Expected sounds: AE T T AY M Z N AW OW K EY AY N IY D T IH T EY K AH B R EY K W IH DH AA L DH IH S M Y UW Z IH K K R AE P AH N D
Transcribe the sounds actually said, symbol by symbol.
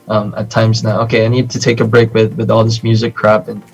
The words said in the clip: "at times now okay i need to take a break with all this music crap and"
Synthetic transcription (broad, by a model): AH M T AY M Z N AW OW K EY AY N IY D T IH T EY K AH B R EY K W IH DH AA L DH IH S M Y UW Z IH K K R AE P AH N